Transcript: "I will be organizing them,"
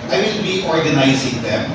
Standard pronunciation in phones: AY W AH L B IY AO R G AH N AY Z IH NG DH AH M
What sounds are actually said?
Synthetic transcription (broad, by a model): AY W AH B IY AO R G AH N AY Z IH NG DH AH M